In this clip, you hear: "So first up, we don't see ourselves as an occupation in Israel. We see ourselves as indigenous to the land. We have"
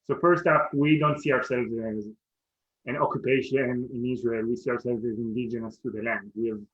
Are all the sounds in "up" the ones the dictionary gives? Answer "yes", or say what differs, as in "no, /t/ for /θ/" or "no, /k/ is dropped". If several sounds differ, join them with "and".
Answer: no, /f/ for /p/